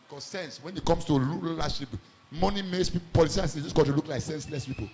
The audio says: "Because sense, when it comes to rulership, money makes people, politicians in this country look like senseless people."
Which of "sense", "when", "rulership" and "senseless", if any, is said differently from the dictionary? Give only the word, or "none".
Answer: rulership